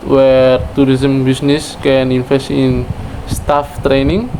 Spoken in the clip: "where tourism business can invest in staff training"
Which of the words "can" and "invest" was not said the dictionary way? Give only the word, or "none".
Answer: invest